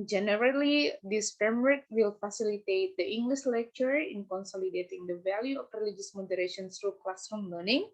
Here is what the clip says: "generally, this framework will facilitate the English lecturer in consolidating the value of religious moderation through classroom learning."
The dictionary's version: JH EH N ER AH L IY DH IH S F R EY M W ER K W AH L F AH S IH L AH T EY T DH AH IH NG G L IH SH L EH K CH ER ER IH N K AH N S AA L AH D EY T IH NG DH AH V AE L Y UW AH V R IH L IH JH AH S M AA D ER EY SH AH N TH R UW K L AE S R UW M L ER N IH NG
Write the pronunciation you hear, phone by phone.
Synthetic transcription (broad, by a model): JH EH N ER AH L IY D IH S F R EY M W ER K W AH L F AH S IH L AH T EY T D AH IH NG G L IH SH L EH K CH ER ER IH N K AH N S AA L AH D EY T IH NG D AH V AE L Y UW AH F R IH L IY JH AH S M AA D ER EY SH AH N S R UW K L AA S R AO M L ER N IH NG